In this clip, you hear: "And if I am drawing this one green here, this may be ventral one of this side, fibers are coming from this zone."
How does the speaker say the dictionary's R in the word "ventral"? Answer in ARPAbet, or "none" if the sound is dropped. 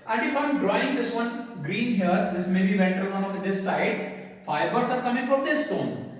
none